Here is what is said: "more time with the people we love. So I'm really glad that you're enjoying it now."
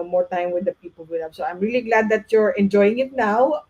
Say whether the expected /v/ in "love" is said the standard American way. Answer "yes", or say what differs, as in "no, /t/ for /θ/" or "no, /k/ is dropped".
no, /p/ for /v/